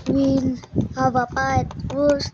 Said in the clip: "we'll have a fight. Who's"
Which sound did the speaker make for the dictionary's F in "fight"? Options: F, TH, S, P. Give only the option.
P